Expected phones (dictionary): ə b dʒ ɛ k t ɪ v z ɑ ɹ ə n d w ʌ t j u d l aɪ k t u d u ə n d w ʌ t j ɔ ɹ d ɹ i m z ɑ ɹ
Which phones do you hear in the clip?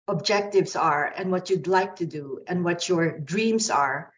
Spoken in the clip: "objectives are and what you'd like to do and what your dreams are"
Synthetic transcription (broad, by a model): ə b dʒ ɛ k t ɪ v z ɑ ɹ ə n d w ʌ t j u d l aɪ k t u d u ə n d w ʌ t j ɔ ɹ d ɹ i m s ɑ ɹ